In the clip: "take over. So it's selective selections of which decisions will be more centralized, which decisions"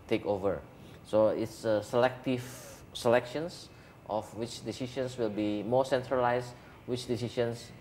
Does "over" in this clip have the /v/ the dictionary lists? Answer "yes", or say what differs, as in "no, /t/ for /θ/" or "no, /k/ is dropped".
yes